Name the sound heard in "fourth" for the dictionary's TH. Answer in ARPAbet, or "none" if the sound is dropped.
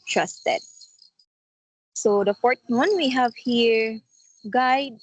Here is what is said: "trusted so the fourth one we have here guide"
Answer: T